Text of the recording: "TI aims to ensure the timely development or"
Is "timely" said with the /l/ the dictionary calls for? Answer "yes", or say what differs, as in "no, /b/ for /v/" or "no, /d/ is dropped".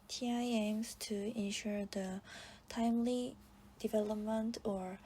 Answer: yes